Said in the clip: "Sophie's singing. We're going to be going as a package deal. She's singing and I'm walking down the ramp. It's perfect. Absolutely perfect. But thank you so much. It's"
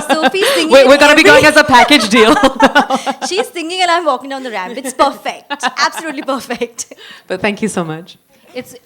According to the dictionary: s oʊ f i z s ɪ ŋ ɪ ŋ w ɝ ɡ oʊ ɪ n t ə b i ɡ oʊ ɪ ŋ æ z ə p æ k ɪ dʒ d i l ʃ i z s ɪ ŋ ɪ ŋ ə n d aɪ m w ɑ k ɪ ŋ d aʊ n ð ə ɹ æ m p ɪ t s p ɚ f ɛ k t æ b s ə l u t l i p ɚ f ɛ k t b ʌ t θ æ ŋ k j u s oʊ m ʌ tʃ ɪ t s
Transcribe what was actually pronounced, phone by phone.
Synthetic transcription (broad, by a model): s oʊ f i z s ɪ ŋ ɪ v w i ɡ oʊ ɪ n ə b i ɡ oʊ ɪ ŋ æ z ə p æ k ɪ dʒ d i l ʃ i z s ɪ ŋ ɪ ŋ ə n aɪ m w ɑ k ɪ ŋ d aʊ n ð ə ɹ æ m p ɪ t s p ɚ f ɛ k t æ b s ə l u t l i p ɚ f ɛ k t b ʌ t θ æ ŋ k j u s oʊ m ʌ tʃ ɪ t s